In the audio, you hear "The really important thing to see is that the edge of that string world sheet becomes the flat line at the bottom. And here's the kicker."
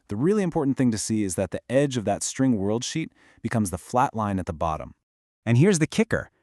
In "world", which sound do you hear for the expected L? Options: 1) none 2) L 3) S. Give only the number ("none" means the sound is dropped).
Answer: 2